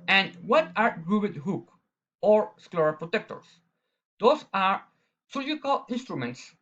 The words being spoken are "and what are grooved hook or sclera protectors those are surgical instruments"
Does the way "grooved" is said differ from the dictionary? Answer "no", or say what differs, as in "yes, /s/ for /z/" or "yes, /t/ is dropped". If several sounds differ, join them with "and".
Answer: yes, /b/ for /v/